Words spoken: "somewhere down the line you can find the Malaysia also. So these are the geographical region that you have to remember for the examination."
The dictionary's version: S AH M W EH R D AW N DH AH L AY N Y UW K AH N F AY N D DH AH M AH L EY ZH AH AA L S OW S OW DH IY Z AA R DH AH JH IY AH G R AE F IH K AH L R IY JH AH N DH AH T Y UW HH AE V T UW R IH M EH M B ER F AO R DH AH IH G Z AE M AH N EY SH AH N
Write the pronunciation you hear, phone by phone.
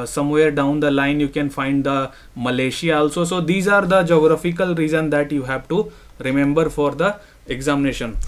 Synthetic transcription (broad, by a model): S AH M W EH R D AW N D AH L AY N Y UW K AH N F AY N D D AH M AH L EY SH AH AA L S OW S OW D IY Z AA R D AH JH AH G R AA F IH K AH L R IY Z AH N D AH T Y UW HH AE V T UW R IH M EH M B ER F AO R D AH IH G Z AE M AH N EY SH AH N